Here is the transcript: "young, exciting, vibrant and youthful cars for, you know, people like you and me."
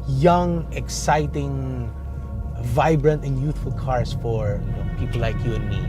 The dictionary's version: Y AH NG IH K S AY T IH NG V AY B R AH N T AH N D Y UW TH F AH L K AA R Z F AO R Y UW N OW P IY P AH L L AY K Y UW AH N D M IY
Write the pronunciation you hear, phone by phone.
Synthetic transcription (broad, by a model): Y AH NG IH K S AY T IH NG V AY B R AH N T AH N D Y UW TH F AH L K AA R S F AO R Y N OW P IY P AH L L AY K Y UW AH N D M IY